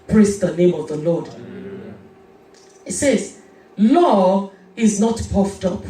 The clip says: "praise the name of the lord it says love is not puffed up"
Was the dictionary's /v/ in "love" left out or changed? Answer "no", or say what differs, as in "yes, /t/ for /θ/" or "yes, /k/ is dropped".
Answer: yes, /v/ is dropped